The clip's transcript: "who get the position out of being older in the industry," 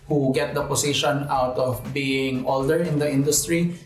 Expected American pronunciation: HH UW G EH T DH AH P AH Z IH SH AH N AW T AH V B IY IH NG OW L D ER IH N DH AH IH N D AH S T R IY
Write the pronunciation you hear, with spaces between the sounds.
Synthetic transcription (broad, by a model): HH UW G EH T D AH P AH S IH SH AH N AW T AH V B IY IH NG OW L D ER IH N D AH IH N D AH S T R IY